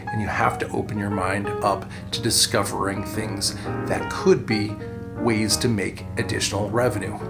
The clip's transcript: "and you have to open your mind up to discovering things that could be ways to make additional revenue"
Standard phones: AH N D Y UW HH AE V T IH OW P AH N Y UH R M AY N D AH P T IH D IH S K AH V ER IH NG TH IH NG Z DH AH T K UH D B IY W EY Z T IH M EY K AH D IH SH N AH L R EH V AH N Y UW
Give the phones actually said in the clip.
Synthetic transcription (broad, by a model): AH N Y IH HH AE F T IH OW P AH N Y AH R M AY N D AH P T IH D IH S K AH V ER IH NG TH IH NG Z DH AH T K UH D B IY W EY Z T IH M EY K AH D IH SH N L R EH V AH N Y UW